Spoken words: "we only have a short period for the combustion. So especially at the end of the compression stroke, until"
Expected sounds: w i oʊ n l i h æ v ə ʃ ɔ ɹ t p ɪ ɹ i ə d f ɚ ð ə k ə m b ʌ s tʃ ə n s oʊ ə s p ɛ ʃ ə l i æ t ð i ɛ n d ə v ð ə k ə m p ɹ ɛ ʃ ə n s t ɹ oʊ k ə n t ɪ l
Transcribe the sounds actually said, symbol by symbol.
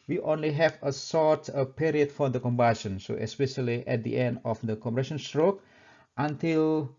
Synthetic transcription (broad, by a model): w i oʊ n l i h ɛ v ə s ɔ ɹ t p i ɹ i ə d f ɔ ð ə k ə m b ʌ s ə n s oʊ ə s p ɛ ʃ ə l i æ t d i ɛ n d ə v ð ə k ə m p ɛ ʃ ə n s t ɹ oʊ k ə n t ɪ l